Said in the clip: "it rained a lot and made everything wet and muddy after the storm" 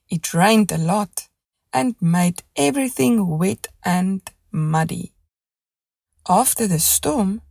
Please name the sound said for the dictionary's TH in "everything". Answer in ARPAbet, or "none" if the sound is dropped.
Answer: TH